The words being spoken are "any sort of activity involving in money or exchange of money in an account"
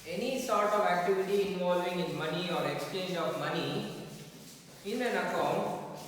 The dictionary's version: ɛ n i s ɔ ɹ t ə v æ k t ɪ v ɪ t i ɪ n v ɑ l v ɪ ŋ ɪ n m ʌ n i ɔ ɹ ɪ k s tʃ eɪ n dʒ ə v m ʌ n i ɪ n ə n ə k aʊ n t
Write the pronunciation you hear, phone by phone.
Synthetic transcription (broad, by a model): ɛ n i s ɔ ɹ t ə v æ k t ɪ v ɪ t i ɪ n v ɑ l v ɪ ŋ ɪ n m ʌ n i ɔ ɹ ɪ k s tʃ eɪ n dʒ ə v m ʌ n i ɪ n ə n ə k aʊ n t